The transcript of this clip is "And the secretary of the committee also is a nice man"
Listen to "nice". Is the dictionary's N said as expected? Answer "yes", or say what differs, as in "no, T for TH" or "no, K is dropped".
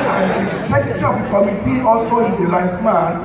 no, L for N